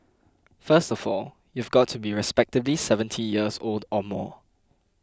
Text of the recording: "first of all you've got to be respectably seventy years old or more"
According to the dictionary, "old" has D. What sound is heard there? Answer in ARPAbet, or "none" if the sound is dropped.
D